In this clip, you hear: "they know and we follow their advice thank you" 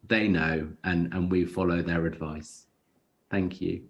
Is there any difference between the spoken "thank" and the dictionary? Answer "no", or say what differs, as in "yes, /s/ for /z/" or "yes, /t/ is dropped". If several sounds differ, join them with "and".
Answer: no